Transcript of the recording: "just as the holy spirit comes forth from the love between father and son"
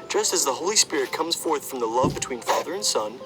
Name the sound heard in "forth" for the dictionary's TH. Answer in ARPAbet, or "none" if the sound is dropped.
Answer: TH